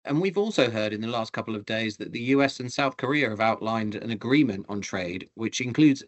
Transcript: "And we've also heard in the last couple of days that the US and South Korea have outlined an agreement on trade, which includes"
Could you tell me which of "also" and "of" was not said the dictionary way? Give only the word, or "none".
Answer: none